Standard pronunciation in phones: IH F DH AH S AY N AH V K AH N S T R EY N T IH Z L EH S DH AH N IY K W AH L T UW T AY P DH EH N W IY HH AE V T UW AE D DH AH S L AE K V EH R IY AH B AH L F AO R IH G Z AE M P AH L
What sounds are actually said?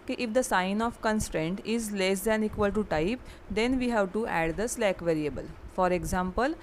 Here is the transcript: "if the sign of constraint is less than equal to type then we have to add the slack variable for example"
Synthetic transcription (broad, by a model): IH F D AH S AY N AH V K AH N S T R EY N T IH Z L EH S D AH N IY K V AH L T UW T AY P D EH N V IY HH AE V T UW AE D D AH S L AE K V EH R IY AH B AH L F AO R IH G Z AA M P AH L